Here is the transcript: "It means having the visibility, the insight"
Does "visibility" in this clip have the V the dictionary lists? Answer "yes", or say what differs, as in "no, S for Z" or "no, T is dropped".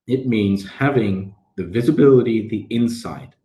yes